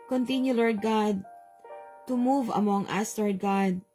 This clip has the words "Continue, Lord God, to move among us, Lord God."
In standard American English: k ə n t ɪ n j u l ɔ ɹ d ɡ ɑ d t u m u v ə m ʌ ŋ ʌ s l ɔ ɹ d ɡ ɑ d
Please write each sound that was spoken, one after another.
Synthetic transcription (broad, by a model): k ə n t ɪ n j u l ɔ ɹ d ɡ ɑ d t u m u v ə m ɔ ŋ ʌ s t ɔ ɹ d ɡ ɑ d